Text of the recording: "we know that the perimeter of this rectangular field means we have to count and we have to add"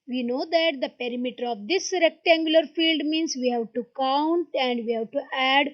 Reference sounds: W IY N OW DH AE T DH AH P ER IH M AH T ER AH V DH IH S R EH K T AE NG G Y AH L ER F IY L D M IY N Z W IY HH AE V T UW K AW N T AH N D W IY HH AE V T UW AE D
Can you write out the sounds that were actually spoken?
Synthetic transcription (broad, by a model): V IY N OW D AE T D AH P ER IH M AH T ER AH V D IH S R EH K T AE NG G Y AH L ER F IY L D M IY N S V IY HH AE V T UW K AW N T AH N D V IY HH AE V T UW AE D